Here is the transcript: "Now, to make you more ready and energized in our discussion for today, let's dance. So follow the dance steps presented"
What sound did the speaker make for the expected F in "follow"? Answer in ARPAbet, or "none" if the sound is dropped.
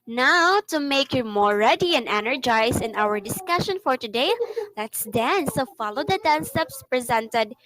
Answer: F